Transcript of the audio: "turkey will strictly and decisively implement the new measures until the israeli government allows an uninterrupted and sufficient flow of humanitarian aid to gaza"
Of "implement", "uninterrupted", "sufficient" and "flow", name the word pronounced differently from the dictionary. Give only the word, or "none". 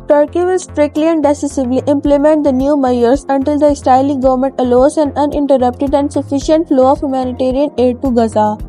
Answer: none